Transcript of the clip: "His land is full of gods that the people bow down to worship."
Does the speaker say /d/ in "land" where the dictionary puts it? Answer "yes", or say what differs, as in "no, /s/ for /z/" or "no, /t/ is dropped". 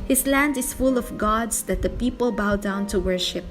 yes